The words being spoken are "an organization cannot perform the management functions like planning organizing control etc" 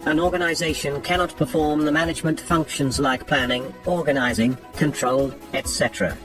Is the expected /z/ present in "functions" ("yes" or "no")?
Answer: yes